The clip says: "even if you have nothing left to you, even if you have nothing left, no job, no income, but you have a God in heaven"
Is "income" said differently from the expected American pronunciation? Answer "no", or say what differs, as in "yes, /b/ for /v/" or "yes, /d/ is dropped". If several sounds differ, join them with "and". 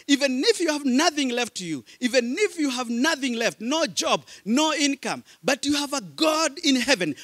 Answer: no